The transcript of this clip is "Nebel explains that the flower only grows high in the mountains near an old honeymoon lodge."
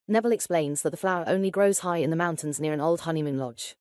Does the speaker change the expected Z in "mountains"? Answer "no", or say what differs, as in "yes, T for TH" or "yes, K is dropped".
no